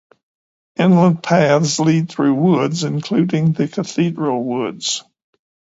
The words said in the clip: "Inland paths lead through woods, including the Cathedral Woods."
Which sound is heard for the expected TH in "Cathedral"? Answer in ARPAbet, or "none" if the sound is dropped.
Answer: TH